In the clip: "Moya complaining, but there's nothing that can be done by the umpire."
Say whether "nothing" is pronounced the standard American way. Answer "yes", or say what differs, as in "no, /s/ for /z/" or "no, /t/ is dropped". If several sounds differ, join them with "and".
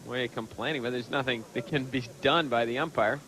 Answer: yes